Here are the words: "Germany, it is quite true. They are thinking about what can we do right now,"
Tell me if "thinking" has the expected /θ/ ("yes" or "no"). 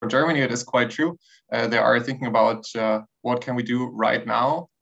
yes